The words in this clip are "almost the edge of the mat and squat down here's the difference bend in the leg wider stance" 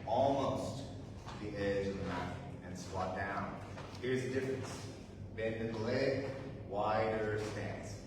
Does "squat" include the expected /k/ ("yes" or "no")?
no